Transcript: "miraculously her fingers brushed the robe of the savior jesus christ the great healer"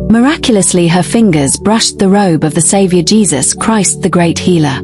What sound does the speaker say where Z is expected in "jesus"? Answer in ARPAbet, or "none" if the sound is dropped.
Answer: Z